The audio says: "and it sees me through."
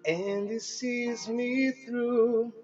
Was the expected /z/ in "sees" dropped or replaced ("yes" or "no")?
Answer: no